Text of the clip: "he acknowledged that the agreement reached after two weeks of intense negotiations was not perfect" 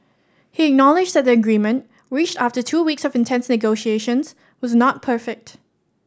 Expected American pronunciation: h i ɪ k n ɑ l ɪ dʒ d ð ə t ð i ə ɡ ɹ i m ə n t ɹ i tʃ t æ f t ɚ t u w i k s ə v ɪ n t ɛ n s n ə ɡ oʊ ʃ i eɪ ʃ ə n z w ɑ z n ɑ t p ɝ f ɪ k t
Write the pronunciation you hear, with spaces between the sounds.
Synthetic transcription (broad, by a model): h i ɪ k n ɑ l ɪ dʒ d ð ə t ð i ə ɡ ɹ i m ə n t ɹ i tʃ t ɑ f t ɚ t u w i k s ə v ɪ n t ɛ n s n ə ɡ oʊ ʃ i eɪ ʃ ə n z w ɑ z n ɑ t p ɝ f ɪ k t